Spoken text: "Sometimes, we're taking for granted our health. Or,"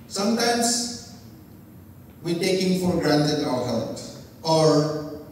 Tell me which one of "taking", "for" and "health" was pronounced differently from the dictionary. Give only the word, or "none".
health